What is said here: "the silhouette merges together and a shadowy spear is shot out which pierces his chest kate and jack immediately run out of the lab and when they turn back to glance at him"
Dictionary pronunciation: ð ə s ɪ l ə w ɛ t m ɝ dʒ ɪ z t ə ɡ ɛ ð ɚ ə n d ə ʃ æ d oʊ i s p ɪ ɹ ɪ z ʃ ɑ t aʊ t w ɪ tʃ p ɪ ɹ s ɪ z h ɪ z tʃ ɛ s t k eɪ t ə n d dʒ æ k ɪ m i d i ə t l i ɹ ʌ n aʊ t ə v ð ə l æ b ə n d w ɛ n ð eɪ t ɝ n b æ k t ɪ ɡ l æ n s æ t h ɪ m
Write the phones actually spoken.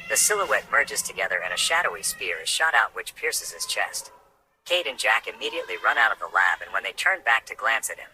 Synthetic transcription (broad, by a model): ð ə s ɪ l ə w ɛ t m ɝ dʒ ɪ z t ə ɡ ɛ ð ɚ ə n ə ʃ æ d oʊ i s p ɪ ɹ ɪ z ʃ ɑ t aʊ t w ɪ tʃ p ɪ ɹ s ɪ z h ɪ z tʃ ɛ s t k eɪ t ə n dʒ æ k ɪ m i d i ə t l i ɹ ʌ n aʊ t ə v ð ə l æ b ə n w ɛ n ð eɪ t ɝ n b æ k t ɪ ɡ l æ n s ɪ t h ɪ m